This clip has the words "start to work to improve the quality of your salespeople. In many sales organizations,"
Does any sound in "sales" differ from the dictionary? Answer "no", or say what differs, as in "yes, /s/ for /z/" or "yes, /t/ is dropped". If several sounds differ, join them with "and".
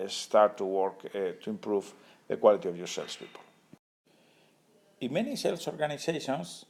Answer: yes, /s/ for /z/